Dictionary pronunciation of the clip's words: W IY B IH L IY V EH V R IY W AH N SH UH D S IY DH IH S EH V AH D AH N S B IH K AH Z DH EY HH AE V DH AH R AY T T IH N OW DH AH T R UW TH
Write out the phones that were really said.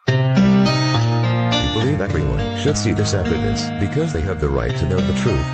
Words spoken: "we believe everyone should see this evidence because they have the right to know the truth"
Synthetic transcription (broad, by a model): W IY B IH L IY V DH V R IY W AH N SH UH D S IY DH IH S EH F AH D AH S B IH K AH Z DH EY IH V DH AH R AY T T IH N OW DH AH T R UW TH